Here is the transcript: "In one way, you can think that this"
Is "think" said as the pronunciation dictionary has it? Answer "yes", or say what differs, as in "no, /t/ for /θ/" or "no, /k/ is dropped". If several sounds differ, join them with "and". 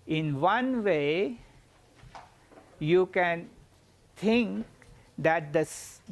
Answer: no, /t/ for /θ/